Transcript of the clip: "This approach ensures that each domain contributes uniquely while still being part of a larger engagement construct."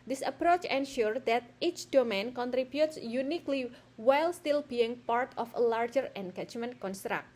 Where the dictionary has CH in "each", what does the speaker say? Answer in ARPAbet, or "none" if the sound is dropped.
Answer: CH